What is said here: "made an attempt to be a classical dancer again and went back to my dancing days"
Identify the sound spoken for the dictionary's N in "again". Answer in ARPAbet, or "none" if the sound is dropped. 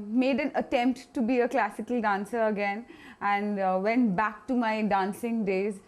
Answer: N